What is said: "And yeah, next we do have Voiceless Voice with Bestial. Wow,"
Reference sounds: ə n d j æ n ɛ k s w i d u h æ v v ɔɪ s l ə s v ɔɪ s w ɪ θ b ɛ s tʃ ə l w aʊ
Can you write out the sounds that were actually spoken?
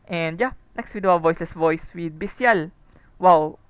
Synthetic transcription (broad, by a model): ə n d j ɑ n ɛ k s w i d u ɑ w v ɔɪ s l ə s v ɔɪ s w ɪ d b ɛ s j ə l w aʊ